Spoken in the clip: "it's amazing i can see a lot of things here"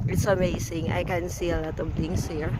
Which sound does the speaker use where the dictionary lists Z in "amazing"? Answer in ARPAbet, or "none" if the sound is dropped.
S